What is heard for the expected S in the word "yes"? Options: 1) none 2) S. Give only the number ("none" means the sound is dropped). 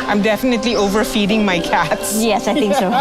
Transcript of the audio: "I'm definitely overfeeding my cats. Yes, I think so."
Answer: 2